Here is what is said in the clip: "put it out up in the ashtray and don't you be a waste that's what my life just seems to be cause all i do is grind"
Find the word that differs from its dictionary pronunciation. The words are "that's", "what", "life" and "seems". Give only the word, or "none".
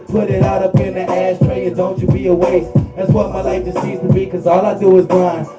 seems